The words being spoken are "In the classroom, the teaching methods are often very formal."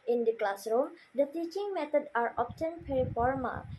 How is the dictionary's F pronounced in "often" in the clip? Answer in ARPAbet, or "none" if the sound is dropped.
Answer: P